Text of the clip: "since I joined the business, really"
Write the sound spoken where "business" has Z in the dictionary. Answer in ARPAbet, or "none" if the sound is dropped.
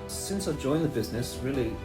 Z